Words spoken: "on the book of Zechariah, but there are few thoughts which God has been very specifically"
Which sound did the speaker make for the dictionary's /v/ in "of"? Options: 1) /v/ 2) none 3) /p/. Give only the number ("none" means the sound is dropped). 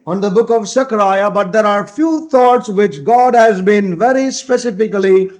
1